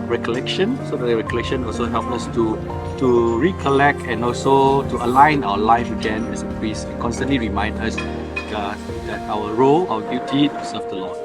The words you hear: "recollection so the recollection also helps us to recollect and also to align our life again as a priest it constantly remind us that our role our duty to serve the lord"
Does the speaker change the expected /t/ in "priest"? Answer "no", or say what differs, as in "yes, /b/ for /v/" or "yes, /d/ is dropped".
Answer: yes, /t/ is dropped